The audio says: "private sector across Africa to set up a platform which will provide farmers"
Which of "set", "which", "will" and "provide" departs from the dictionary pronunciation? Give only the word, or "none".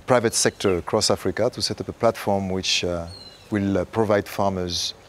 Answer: none